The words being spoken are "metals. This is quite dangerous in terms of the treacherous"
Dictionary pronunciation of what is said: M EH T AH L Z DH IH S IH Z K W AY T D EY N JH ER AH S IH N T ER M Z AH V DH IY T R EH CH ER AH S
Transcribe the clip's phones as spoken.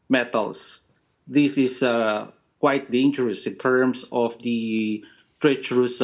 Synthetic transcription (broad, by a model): M EH T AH L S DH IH S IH S K W AY T D EY N JH ER AH S IH N T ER M S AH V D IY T R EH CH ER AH S